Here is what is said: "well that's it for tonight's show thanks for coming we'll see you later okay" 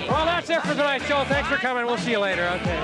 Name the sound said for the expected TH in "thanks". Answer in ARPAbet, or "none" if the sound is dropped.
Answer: TH